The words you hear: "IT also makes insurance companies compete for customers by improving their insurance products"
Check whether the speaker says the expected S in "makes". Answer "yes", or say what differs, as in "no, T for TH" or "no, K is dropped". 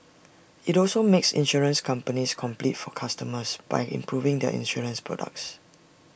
yes